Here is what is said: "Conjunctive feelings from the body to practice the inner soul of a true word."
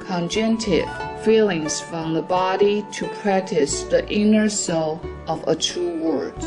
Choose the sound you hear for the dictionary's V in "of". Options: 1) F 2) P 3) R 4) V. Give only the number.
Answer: 4